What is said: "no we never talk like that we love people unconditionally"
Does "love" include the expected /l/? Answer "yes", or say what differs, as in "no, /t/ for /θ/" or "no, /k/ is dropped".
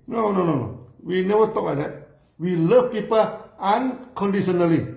yes